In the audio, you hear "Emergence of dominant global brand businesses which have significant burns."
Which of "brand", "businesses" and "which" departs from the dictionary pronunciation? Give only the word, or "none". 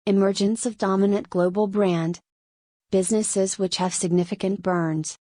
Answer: none